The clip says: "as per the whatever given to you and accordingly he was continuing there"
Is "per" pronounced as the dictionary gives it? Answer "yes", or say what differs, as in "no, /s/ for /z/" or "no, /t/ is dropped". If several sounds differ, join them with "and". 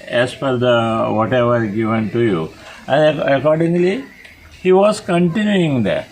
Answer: no, /f/ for /p/